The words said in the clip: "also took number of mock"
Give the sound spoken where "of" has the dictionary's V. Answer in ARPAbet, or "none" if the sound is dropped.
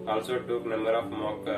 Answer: P